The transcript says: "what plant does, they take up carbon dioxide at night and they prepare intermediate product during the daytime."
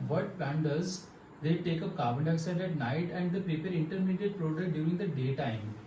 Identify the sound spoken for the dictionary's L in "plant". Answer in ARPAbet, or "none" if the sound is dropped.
none